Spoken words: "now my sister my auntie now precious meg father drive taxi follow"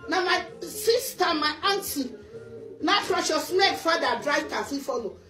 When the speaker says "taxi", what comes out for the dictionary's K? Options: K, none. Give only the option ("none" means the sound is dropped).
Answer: none